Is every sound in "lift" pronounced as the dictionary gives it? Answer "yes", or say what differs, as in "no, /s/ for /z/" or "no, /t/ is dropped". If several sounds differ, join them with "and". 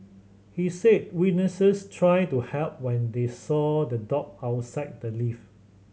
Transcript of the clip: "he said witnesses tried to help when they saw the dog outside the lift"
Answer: no, /t/ is dropped